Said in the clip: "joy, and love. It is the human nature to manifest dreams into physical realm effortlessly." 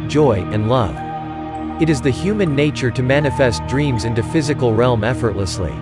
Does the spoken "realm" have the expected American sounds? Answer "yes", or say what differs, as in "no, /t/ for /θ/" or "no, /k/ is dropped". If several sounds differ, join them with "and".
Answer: yes